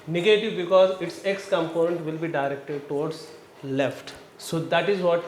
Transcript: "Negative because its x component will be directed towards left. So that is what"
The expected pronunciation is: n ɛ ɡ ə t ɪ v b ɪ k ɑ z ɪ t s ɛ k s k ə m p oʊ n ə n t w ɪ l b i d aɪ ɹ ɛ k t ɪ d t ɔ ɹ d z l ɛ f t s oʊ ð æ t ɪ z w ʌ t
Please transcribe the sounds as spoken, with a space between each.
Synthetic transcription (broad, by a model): n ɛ ɡ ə t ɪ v b ɪ k ɑ z ɪ t s ɛ k s k ə m p oʊ n ə n t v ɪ l b i d aɪ ɹ ɛ k t ɪ d t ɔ ɹ d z l ɛ f t s oʊ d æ t ɪ z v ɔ t